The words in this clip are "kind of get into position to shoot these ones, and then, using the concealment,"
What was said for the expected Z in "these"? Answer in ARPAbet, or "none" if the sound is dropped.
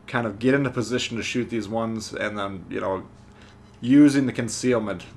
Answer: Z